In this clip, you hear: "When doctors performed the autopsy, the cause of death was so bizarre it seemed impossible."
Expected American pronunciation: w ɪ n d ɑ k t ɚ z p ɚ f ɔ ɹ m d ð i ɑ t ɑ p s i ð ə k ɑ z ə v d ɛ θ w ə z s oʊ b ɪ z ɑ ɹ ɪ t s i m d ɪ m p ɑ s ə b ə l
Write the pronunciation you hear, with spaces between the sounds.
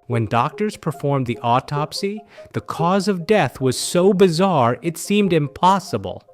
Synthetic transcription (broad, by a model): w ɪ n d ɑ k t ɚ z p ɚ f ɔ ɹ m ð i ɑ t ɑ p s i ð ə k ɑ z ə v d ɛ θ w ə z s oʊ b ɪ z ɑ ɹ ɪ t s i m d ɪ m p ɑ s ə b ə l